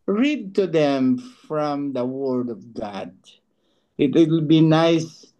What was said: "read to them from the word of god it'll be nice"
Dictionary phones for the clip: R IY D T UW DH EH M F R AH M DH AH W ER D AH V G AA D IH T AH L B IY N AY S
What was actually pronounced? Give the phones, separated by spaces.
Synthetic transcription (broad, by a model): R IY D T UW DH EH M F R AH M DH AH W ER D AH V G AA D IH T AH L B IY N AY S